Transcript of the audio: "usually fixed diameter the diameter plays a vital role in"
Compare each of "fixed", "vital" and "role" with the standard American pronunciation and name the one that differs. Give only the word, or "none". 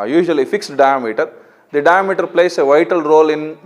none